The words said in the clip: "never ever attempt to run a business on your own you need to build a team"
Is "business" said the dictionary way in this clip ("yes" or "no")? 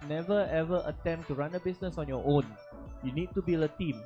no